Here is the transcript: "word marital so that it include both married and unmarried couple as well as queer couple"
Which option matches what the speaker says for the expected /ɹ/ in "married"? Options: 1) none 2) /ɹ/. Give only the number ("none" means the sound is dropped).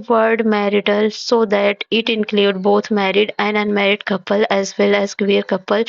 2